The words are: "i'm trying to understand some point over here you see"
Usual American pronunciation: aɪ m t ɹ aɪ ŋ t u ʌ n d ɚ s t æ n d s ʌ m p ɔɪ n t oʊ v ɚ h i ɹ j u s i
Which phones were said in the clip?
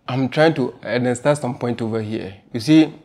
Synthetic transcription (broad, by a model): aɪ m t ɹ aɪ ŋ t u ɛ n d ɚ s t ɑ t s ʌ m p ɔɪ n t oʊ v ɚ h i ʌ j u s i